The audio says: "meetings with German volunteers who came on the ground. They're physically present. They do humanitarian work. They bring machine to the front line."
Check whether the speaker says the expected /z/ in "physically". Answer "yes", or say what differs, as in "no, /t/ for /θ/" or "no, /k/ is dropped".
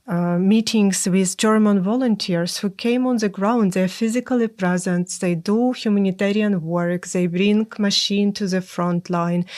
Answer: yes